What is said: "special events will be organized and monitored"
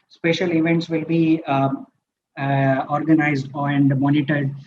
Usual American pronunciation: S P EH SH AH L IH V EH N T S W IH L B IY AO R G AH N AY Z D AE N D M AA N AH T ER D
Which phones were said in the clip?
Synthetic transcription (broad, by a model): S P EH SH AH L IH V EH N T S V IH L B IY AO R G AH N AY Z D N D M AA N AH T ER D